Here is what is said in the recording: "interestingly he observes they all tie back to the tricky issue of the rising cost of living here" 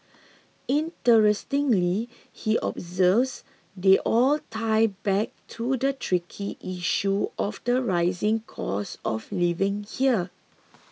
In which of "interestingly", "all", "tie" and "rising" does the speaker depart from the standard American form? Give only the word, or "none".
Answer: none